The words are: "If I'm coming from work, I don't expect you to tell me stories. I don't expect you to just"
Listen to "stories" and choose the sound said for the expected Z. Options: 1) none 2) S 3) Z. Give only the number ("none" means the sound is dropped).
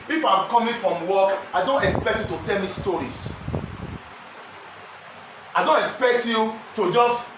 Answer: 2